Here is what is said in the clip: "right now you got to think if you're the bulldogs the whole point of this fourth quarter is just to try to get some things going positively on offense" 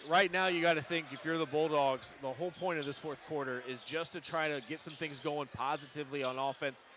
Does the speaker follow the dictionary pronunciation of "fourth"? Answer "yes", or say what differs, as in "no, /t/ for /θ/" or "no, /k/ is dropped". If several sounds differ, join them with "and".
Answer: yes